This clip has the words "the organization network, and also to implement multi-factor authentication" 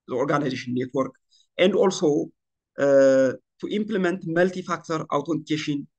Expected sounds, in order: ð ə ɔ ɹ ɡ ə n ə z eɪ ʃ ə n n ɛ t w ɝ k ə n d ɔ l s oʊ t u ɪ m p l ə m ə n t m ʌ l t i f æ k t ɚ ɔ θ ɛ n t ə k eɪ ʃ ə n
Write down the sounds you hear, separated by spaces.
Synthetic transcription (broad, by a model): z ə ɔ ɹ ɡ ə n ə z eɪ ʃ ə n n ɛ t w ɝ k ə n d ɔ l s oʊ t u ɪ m p l ə m ə n t m ʌ l t i f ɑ k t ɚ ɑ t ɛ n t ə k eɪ ʃ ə n